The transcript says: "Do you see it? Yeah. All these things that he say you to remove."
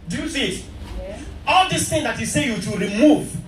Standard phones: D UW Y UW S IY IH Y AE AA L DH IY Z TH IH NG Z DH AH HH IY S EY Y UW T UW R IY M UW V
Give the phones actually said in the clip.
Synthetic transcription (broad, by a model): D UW Y UW TH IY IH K AA L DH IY S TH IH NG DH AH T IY S EY Y UW T UW R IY M UW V